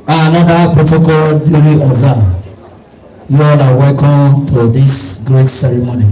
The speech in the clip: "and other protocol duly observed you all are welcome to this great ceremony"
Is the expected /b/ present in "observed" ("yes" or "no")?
no